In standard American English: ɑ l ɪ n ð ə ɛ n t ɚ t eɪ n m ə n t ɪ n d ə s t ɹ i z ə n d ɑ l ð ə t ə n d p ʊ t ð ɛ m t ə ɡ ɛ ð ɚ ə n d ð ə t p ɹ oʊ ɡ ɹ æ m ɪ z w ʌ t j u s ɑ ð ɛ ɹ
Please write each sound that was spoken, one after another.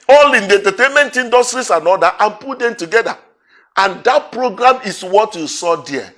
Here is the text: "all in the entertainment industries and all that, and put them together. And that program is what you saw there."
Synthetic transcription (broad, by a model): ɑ l ɪ n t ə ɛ n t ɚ t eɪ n m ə n t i n d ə s t ɹ i s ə n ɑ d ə t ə n p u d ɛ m t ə ɡ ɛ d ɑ ə n d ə t p ɹ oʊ ɡ ɹ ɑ m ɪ s w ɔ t j u s ɑ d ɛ